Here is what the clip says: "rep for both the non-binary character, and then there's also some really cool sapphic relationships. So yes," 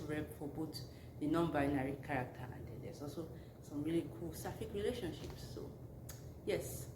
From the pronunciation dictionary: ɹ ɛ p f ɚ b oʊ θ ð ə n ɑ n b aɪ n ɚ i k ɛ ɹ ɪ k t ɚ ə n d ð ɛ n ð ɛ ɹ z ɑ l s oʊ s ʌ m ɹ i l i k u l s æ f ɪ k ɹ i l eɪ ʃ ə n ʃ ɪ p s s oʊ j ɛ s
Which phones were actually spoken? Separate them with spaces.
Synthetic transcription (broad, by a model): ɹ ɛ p f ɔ b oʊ t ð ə n ɑ n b aɪ n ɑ i k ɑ ɹ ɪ k t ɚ ə n d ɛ n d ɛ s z ɑ l s oʊ s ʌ m ɹ i l i k u l s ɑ f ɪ k ɹ i l eɪ ʃ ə n ʃ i p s s oʊ j ɛ s